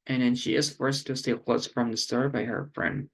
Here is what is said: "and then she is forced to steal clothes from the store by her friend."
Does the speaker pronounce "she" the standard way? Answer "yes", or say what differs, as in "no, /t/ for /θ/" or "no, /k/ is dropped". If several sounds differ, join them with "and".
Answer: yes